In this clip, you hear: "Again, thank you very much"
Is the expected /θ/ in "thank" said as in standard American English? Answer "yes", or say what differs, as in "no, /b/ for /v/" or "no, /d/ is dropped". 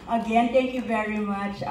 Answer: no, /t/ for /θ/